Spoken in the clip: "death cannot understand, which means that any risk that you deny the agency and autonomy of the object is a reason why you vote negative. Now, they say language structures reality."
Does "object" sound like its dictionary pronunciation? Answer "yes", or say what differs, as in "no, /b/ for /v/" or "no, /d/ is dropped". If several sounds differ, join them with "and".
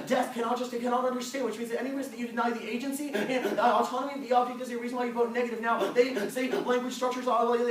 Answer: no, /dʒ/ is dropped and /t/ is dropped